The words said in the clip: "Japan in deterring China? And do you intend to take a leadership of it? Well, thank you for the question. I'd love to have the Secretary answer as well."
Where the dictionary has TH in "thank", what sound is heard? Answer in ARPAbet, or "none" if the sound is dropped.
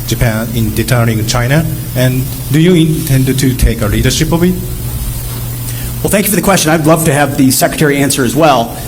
TH